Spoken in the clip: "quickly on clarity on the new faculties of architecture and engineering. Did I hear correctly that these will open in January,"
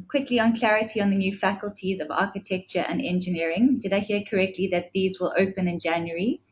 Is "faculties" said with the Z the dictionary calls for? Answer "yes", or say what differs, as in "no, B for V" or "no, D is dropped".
yes